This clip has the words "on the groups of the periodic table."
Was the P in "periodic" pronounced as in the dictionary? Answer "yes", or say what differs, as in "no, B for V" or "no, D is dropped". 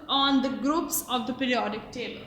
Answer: yes